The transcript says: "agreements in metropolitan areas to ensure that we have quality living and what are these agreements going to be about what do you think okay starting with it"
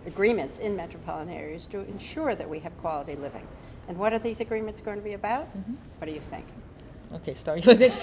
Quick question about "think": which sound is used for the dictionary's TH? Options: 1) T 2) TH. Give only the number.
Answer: 2